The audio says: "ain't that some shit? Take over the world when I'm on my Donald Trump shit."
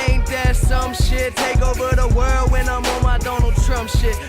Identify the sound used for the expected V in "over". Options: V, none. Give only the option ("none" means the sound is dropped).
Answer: V